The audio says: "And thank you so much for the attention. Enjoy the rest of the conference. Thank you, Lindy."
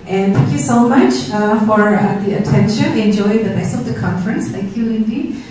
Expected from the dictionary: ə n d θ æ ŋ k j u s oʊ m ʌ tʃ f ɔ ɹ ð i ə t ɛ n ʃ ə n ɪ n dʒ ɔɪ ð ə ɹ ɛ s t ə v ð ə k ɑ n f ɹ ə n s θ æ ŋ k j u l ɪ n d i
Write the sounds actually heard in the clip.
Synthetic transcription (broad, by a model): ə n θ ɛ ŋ k j u s oʊ m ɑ tʃ f ɔ ɹ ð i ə t ɛ n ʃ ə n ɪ n dʒ ɔɪ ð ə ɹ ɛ s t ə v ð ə k ɑ n f ɹ ə n s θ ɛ ŋ k j u l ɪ n d i